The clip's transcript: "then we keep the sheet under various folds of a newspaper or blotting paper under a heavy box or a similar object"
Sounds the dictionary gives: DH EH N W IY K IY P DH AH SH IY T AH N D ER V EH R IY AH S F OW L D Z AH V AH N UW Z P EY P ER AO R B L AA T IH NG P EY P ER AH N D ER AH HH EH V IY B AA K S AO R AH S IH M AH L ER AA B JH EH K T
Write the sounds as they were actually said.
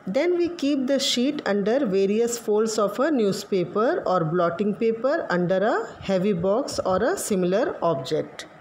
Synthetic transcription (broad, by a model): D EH N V IY K IY P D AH SH IY T AH N D ER V EH R IY AH S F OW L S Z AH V AH N UW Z P EY P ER AO R B L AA T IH NG P EY P ER AH N D ER AH HH EH V IY B AA K S AO R AH S IH M AH L ER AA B JH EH K T